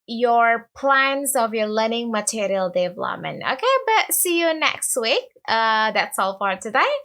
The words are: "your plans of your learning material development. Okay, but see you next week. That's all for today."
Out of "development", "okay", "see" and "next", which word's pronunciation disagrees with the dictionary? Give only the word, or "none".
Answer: development